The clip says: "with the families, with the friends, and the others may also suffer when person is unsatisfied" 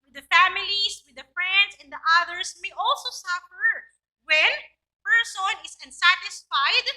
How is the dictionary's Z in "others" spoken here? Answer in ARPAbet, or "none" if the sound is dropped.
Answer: S